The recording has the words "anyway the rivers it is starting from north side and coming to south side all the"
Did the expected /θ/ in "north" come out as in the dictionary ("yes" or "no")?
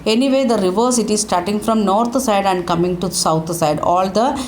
no